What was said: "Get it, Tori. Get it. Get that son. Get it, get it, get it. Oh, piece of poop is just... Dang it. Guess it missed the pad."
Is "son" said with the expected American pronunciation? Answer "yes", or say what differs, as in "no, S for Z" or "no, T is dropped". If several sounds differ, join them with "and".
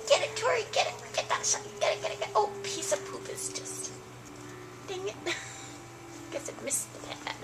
no, SH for S